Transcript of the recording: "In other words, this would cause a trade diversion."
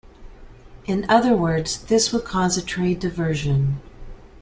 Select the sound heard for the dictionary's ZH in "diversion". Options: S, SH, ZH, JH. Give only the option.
ZH